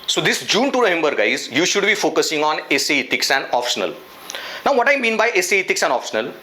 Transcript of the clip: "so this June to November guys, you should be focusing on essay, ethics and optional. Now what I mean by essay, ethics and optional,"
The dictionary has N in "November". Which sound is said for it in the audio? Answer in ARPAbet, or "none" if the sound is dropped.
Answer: L